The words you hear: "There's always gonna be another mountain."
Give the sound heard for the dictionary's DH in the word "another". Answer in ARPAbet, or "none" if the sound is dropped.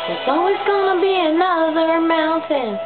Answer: DH